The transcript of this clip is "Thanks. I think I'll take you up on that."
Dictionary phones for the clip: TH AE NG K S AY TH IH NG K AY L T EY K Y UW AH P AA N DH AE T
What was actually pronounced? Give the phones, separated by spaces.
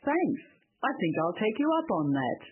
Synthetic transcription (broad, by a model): TH AE NG K S AY TH IH NG K AY L T EY K Y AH AH P N DH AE T